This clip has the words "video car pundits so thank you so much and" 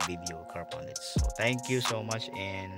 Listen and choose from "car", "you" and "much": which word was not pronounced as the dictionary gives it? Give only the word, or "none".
none